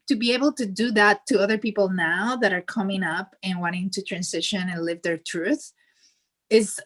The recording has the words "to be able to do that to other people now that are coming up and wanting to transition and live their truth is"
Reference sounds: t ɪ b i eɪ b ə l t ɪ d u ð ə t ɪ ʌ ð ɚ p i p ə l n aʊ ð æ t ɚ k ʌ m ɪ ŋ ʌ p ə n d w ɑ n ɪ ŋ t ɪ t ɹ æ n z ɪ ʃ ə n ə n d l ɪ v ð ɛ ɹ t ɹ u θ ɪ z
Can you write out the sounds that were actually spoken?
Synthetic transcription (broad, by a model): t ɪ b i eɪ b ə l t ɪ d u ð ə t ɪ ʌ ð ɚ p i p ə l n aʊ ð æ t ɚ k ʌ m ɪ ŋ ʌ p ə n w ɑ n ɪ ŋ t ɪ t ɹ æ n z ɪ ʃ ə n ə n l ɪ v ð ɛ ɹ t ɹ u θ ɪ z